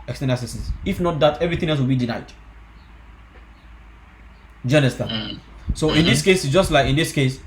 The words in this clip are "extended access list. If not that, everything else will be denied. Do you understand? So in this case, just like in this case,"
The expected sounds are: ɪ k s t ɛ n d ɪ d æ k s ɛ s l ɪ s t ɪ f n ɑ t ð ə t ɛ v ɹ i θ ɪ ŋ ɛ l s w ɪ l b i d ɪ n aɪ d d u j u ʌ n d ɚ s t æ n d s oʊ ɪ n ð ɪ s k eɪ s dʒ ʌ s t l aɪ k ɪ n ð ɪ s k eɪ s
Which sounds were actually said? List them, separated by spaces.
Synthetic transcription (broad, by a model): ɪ k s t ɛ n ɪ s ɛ s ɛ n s ɪ f n ɑ t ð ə t ɛ v ɹ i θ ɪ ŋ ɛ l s w ɪ l b i d ɪ n aɪ d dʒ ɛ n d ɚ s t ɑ s oʊ ɪ n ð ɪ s k eɪ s dʒ ʌ s t l aɪ k ɪ n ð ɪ s k eɪ s